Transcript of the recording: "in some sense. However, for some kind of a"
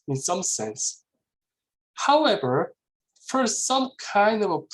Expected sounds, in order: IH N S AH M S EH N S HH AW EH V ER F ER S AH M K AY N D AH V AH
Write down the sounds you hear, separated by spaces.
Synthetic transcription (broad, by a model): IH N S AH M S EH N S HH AW EH V ER F ER S AH M K AY N D AH V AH